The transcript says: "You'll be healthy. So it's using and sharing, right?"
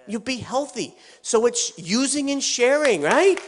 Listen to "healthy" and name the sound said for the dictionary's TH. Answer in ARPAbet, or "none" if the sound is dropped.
TH